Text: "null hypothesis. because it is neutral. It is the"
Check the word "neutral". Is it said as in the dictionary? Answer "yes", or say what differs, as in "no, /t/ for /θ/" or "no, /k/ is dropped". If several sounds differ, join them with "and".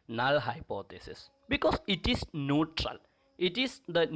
yes